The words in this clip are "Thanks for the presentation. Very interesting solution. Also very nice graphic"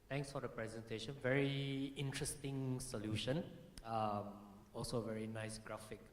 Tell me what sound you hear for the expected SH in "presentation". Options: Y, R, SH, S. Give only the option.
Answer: SH